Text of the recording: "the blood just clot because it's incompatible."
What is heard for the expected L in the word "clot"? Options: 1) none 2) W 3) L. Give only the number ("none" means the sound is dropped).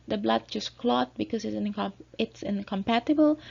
3